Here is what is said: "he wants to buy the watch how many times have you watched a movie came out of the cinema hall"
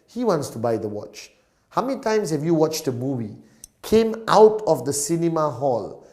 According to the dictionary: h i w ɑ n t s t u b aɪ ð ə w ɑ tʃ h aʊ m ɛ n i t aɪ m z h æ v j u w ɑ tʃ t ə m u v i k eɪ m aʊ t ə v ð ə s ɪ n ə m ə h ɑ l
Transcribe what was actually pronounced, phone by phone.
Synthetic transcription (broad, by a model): h i w ɑ n t s t u b aɪ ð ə w ɑ tʃ h aʊ m ɛ n i t aɪ m s h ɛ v j u w ɑ tʃ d ə m u v i k eɪ m aʊ t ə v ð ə s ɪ n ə m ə h ɑ l